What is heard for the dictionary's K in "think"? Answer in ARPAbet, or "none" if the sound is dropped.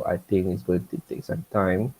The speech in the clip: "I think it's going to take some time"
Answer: none